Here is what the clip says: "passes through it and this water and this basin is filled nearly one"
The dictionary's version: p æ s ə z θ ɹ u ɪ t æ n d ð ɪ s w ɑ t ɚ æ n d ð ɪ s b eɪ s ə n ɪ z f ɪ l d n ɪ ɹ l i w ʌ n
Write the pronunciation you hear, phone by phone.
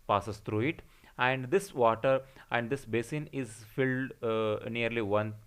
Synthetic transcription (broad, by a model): p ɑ s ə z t ɹ u ɪ t æ n d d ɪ s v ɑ t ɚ æ n d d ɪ s b eɪ s ə n ɪ z f ɪ l d n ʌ ɹ l i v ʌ n